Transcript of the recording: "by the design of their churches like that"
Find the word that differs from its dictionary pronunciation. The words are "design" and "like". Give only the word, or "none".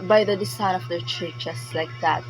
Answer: design